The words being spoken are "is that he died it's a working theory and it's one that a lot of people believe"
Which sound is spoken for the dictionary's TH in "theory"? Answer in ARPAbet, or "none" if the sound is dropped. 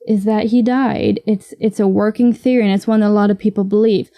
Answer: TH